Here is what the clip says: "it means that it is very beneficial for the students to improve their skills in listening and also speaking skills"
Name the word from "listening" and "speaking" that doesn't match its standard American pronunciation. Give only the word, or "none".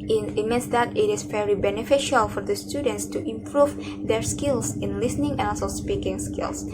none